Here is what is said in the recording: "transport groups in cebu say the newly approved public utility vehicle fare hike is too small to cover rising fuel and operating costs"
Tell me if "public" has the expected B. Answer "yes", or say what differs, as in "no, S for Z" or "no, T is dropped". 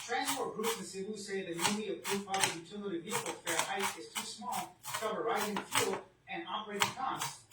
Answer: no, B is dropped